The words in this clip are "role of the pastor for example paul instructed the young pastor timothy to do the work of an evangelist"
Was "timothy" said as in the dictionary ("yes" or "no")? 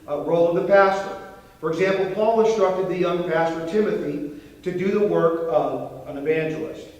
yes